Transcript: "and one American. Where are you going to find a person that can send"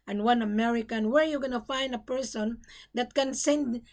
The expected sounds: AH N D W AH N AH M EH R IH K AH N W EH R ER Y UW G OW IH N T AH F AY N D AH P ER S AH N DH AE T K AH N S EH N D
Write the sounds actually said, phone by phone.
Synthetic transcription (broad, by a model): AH N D W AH N AH M EH R IH K AH N W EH R Y UW G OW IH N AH F AY N D AH P ER S AH N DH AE T K AH N S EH N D